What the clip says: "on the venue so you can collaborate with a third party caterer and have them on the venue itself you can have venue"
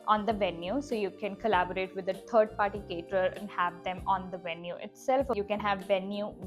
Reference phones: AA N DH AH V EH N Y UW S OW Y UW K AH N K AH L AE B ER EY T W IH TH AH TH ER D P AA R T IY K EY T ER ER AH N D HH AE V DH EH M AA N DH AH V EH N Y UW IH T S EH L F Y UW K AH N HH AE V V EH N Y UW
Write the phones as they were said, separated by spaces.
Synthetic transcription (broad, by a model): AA N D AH V EH N Y UW S OW Y UW K AH N K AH L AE B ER EY T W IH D AH T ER D P AA R T IY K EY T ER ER AH N D HH AE V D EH M AA N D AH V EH N Y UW IH T S EH L F Y UW K AH N HH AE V V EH N Y UW